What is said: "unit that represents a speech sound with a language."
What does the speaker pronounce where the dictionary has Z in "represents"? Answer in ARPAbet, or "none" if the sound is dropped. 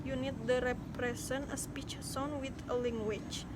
S